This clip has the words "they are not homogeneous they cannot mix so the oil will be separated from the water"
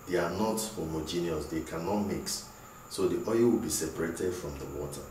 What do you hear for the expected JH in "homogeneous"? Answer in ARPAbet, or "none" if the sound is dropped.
JH